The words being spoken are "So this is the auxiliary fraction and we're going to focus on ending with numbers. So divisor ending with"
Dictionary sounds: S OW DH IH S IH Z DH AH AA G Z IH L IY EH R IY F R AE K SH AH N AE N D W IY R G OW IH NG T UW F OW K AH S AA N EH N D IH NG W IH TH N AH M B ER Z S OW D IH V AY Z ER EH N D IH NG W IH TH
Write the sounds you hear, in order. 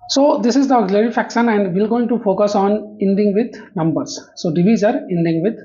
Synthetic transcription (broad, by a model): S OW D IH S IH Z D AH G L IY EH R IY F AE K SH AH N AE N D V IY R G OW IH NG T UW F OW K AH S AA N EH N D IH NG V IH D N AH M B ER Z S OW D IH V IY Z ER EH N D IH NG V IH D